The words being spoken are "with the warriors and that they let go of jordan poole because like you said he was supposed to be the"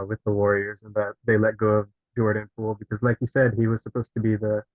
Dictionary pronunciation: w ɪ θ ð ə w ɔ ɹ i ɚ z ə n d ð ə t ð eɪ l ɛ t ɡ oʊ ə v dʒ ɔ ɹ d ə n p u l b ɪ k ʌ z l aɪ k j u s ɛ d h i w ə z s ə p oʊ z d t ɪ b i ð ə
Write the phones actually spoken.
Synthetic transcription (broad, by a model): w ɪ ð ə w ɔ ɹ i ɚ z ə n ð ə t ð eɪ l ɛ t ɡ oʊ ə v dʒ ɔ ɹ d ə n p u l b ɪ k ʌ z l aɪ k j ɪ s ɛ d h i w ə z s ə p oʊ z t ɪ b i ð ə